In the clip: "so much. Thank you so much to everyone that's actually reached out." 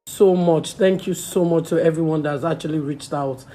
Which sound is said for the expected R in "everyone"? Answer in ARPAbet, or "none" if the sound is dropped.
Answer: R